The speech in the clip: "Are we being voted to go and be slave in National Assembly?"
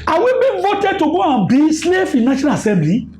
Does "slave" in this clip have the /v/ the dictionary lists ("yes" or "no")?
no